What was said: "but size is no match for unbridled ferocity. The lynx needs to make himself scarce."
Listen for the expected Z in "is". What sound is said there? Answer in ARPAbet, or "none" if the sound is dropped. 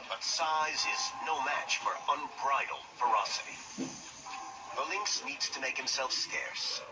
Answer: Z